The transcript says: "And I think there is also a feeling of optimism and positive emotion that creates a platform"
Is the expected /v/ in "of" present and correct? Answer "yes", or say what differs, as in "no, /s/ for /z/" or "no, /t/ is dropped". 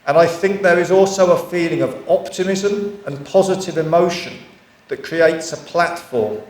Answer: yes